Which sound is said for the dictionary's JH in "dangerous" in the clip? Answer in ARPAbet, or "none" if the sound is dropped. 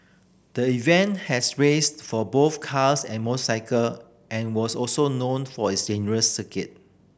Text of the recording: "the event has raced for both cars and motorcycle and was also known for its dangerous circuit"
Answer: none